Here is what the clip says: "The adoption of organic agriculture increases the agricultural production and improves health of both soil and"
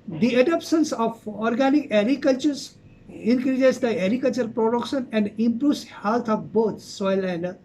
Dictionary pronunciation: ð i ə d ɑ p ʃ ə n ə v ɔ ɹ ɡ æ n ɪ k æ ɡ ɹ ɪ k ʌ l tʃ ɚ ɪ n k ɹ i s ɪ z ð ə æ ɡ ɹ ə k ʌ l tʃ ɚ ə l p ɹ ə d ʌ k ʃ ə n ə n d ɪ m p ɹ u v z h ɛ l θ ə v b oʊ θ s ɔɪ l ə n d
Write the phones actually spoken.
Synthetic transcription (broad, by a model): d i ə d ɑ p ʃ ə n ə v ɔ ɹ ɡ æ n ɪ k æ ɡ ɹ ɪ k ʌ l tʃ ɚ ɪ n k ɹ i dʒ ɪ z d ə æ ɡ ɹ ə k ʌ l tʃ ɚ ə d p ɹ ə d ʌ k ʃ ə n ə n d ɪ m p ɹ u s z h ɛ l t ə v b oʊ t s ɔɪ l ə n d